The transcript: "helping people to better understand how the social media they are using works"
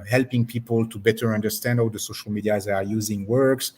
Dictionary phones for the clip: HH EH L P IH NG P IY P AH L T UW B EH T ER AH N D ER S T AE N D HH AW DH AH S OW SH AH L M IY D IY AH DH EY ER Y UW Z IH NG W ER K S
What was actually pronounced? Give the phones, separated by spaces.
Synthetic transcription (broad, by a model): HH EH L P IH NG P IY P AH L T UW B EH T ER AH N D ER S T AE N D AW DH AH S OW SH AH L M IY D IY AH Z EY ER Y UW Z IH NG W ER K S